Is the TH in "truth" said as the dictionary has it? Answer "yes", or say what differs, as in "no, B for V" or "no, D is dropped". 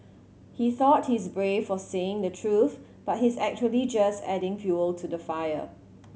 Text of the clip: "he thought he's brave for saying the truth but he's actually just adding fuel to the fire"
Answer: yes